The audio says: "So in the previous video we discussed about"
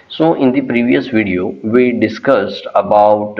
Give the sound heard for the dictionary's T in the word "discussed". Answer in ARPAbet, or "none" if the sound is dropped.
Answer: T